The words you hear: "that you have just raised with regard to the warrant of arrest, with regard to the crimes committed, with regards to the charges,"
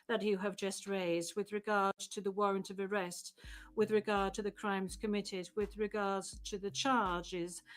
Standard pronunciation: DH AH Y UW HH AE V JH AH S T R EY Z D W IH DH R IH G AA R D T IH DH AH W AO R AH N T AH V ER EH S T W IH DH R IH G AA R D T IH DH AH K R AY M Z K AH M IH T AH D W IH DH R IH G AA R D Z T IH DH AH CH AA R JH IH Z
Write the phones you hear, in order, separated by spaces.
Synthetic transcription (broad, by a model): DH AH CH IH V JH AH S T R EY Z D W IH DH R IH G AA R D T IH DH AH W AO R AH N T AH V ER EH S T W IH DH R IH G AA R D T IH DH AH K R AY M Z K AH M IH T AH D W IH DH R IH G AA R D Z T IH DH AH CH AA R JH IH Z